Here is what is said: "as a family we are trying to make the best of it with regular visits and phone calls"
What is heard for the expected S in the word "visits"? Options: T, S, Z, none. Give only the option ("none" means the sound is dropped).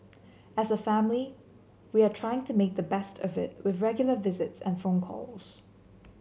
S